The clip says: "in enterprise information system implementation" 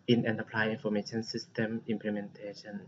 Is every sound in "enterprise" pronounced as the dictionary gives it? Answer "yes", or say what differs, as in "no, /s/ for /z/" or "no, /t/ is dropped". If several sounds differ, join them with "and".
no, /l/ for /ɹ/ and /z/ is dropped